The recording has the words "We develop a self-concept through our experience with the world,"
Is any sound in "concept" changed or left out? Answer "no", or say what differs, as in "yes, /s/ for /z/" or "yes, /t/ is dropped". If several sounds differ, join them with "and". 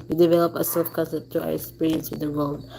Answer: yes, /p/ is dropped